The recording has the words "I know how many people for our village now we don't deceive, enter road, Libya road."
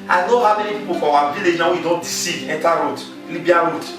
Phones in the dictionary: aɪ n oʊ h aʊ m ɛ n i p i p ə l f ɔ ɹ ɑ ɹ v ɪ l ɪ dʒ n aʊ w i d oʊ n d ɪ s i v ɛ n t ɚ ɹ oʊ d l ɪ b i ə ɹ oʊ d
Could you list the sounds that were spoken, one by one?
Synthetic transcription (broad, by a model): aɪ n oʊ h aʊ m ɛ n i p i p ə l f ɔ w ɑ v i l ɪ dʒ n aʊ w i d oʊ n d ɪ s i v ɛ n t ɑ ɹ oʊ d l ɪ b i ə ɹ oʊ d